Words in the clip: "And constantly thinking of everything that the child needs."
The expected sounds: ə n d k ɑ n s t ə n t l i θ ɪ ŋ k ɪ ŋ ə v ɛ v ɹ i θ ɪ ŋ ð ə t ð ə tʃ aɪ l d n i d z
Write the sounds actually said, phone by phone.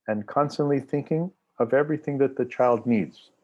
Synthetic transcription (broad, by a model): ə n k ɑ n s t ə n t l i θ ɪ ŋ k ɪ ŋ ə v ɛ v ɹ i θ ɪ ŋ ð ə t ð ə tʃ aɪ l d n i d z